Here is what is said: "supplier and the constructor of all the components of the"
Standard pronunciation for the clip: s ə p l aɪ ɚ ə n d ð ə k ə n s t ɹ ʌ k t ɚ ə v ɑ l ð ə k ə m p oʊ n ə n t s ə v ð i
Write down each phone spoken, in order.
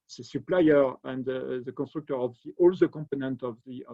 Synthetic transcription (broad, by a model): s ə p l aɪ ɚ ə n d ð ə k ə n s t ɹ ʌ k t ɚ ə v ɑ l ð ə k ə m p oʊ n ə n t ə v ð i